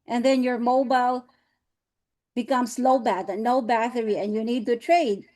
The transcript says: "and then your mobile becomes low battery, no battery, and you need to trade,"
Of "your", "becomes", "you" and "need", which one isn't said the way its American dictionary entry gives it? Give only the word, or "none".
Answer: becomes